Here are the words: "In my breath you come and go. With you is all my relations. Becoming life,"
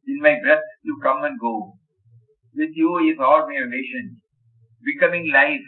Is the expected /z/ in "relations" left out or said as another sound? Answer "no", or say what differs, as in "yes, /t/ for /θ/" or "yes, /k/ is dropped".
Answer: yes, /z/ is dropped